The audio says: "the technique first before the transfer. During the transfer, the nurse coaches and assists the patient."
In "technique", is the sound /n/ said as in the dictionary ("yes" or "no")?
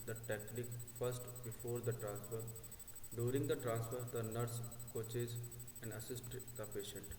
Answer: no